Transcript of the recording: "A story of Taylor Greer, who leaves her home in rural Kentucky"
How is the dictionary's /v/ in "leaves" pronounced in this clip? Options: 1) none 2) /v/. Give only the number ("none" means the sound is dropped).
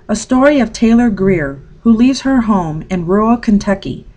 2